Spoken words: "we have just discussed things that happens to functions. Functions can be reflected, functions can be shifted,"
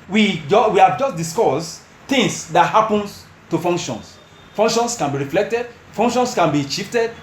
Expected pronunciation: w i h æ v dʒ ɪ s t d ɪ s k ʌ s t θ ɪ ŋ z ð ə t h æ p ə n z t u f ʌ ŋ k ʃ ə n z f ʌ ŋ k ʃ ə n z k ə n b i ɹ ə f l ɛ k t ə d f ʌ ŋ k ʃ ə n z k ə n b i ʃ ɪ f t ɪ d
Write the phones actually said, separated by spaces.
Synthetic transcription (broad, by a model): w i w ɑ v dʒ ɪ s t d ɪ s k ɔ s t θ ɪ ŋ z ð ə t h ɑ p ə n s t u f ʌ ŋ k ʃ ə n s f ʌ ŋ k ʃ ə n s k ə n b i ɹ ə f l ɛ k t ə d f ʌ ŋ k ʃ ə n s k ə n b i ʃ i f t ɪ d